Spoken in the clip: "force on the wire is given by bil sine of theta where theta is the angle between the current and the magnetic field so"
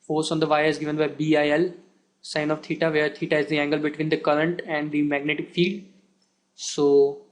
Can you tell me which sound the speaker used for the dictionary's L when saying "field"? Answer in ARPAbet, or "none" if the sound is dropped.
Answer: none